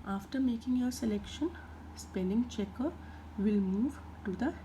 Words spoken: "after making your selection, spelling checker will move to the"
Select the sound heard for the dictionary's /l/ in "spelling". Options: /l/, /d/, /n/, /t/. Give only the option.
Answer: /n/